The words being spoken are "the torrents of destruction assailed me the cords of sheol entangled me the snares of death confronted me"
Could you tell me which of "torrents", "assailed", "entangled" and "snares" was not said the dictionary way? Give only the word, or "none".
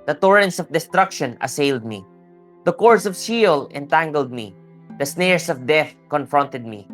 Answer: snares